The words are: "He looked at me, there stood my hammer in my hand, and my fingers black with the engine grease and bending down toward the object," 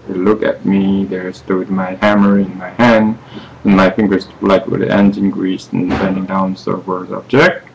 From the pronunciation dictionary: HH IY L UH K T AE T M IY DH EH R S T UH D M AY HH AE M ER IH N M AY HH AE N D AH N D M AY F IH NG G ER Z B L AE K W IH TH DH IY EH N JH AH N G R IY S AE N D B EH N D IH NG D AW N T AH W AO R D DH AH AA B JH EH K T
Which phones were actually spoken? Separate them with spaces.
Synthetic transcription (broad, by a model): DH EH L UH K AE T M IY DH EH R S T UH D M AY HH AE M ER IH N M AY HH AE N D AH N M AY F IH NG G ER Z L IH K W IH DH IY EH N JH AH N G R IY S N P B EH N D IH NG D AW N S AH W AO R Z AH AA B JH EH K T